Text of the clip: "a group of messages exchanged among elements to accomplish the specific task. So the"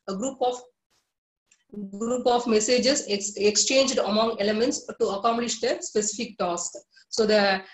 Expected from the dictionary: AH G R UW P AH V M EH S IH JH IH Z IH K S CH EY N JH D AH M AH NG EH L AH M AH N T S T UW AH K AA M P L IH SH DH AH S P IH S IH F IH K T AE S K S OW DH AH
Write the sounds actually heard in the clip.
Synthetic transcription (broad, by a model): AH G R UW P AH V M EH S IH JH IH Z IH K S CH EY N JH D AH M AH NG EH L AH M AH N T S T UW AH K AA M P L IH SH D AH S P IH S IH F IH K T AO S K S OW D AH